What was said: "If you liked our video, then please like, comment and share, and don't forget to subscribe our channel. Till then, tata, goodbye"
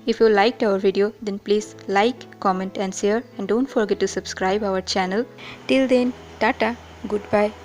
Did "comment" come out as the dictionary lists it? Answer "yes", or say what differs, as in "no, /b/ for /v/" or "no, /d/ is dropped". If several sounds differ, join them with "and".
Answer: yes